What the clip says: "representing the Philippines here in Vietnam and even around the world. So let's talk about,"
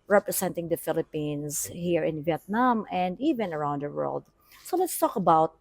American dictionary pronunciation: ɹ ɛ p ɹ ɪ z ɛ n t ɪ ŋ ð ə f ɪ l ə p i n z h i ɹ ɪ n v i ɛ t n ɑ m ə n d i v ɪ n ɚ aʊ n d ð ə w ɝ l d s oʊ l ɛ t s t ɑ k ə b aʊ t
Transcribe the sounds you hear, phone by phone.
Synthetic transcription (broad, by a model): ɹ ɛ p ɹ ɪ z ɛ n t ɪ ŋ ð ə f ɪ l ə p i n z h i ɹ ɪ n v i ɛ t n ɑ m ə n d i v ɪ n ɚ aʊ n d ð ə w ɝ l d s oʊ l ɛ t s t ɑ k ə b aʊ t